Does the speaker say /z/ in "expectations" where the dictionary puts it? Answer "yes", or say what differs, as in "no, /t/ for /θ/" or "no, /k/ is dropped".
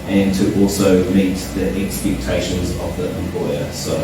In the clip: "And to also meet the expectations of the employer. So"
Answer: yes